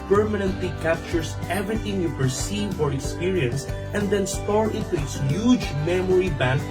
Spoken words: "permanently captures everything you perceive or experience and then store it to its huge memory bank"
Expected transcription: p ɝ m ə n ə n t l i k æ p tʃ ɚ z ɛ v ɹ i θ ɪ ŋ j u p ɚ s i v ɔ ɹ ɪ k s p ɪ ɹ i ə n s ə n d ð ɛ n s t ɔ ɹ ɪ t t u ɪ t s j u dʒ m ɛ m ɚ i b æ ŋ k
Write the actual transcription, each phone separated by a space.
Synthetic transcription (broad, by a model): p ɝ m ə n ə n t l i k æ p tʃ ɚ s ɛ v ɹ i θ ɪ ŋ j u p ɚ s i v ɔ ɹ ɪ k s p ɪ ɹ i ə n s ə n d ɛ n s t ɔ ɹ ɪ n t u ɪ t s j u dʒ m ɛ m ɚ i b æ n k